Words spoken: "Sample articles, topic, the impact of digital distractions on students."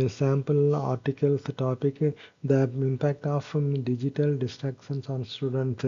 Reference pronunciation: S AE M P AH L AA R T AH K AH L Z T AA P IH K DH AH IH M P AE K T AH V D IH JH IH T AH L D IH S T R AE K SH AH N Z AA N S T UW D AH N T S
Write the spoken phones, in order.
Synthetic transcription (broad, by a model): S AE M P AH L AA R T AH K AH L S T AA P IH K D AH IH M P AE K T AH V D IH JH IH T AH L D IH S T R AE K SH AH N S AA N S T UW D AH N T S